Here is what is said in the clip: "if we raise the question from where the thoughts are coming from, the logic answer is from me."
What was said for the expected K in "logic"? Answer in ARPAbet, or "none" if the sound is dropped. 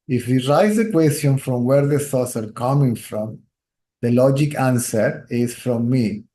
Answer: K